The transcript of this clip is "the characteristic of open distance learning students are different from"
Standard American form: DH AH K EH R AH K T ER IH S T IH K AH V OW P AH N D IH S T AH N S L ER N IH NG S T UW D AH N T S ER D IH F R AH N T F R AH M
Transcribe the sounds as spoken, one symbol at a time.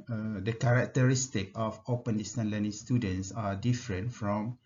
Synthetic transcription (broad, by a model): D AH K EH R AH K T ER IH S T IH K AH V OW P AH N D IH S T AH N L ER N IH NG S T UW D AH N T S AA D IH F R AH N T F R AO M